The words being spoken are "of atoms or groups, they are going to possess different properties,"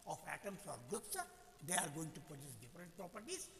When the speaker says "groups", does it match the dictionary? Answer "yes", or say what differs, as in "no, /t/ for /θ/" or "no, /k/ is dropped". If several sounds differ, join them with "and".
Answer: no, /ɹ/ is dropped